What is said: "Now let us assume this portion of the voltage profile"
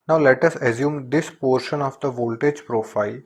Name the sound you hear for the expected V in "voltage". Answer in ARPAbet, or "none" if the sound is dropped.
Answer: V